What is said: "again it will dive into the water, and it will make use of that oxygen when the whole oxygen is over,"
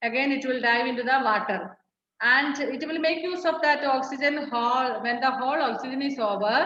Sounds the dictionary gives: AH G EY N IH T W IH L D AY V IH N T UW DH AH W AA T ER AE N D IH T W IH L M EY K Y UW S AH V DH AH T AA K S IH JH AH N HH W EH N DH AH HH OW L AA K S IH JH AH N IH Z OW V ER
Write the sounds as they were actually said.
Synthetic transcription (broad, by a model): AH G EY N IH T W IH L D AY V IH N T UW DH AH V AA T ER AE N D IH T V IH L M EY K Y UW S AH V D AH T AA K S IH JH AH N HH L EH N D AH HH OW L AA K S IH JH AH N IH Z OW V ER